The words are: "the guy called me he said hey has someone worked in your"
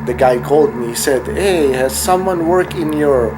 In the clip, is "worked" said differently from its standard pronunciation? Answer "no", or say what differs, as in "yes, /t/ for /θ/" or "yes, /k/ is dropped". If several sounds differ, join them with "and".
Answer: yes, /t/ is dropped